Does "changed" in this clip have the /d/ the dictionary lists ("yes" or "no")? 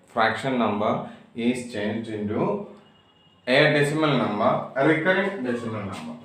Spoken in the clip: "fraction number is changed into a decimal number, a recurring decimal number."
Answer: no